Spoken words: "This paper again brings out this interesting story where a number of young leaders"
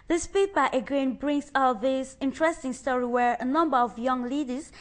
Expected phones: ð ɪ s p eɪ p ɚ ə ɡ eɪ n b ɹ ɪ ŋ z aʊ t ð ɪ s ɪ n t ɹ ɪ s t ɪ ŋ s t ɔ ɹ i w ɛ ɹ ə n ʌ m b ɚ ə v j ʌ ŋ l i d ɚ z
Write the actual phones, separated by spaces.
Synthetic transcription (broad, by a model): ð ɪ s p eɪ b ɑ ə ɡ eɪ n b ɹ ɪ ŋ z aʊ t ð ɪ s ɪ n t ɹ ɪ s t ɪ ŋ s t ɔ ɹ i w ɛ ɹ ə n ʌ m b ɚ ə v j ʌ ŋ l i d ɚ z